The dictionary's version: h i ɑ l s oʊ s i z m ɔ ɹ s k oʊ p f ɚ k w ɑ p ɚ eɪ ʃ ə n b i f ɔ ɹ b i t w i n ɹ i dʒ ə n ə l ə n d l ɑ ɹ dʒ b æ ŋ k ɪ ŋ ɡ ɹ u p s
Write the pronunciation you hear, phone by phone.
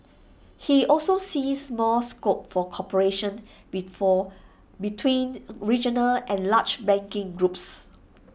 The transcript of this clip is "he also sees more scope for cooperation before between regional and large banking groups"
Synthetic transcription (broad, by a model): h i ɑ l s oʊ s i s m ɔ l s k oʊ p f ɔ k ɑ p ɚ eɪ ʃ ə n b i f ɔ b i t w i n ɹ i dʒ ə n ə l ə n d l ɑ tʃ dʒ b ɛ ŋ k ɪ ŋ ɡ ɹ u p s